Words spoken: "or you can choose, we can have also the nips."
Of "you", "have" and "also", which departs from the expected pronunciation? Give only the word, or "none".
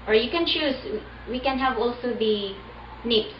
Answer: none